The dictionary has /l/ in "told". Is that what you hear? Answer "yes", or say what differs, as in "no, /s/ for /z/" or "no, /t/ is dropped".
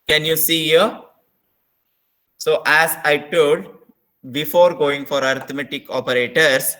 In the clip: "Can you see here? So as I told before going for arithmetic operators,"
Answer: no, /l/ is dropped